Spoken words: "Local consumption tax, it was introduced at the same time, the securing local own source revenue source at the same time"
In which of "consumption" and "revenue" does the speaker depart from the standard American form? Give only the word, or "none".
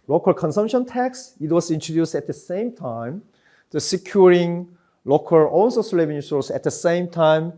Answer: revenue